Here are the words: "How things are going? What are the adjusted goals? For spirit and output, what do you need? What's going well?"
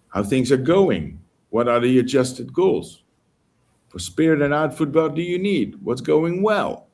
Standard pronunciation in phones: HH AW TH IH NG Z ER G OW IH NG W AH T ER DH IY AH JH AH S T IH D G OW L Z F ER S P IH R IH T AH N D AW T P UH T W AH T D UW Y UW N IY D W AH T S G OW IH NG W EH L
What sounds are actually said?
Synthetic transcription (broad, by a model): HH AW TH IH NG Z ER G OW IH NG W AH T ER DH IY AH JH AH S T IH D G OW L Z F ER S P IH R IH T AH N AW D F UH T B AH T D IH Y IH N IY D W AH T S G OW IH NG W EH L